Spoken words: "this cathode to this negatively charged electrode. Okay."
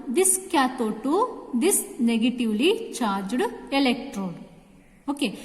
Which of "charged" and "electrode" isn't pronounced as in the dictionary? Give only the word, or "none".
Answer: none